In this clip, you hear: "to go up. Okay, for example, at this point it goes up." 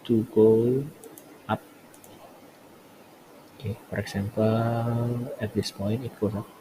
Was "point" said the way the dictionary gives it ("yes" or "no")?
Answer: no